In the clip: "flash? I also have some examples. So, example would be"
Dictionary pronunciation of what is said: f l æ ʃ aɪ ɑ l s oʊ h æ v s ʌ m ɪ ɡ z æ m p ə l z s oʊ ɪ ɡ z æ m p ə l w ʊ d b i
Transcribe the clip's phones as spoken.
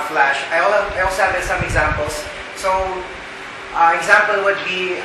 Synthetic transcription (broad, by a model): f l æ ʃ aɪ ɑ l s oʊ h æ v s ʌ m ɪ ɡ z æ m p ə l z s oʊ ɪ ɡ z æ m p ə l w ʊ d b i